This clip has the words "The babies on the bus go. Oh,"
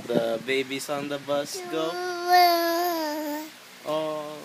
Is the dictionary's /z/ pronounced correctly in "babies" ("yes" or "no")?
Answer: no